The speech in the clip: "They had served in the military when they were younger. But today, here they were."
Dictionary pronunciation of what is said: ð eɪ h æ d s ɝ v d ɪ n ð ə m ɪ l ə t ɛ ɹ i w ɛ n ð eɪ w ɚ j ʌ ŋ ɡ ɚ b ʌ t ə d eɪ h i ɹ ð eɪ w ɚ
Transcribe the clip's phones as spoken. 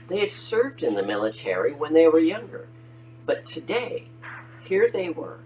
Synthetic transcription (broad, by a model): ð eɪ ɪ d s ɝ v d ɪ n ð ə m ɪ l ə t ɛ ɹ i w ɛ n ð eɪ w ɚ j ʌ ŋ ɡ ɚ b ʌ t ə d eɪ h i ɹ ð eɪ w ɚ